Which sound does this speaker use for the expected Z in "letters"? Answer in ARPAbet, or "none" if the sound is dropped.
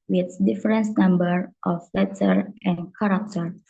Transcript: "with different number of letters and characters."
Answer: none